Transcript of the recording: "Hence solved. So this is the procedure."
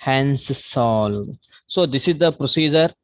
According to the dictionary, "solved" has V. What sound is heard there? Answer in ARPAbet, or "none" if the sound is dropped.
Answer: none